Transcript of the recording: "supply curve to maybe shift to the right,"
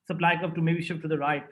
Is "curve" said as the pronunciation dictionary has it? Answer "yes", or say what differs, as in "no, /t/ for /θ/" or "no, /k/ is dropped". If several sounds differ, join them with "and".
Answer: no, /p/ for /v/